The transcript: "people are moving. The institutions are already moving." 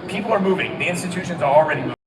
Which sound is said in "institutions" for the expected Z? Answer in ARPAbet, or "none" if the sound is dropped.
Z